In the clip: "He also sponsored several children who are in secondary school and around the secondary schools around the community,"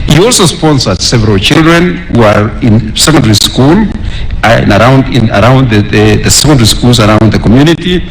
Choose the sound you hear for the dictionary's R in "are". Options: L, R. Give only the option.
R